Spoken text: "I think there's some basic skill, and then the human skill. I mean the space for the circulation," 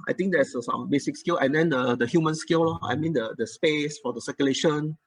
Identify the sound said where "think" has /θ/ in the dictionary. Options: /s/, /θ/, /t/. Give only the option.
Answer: /t/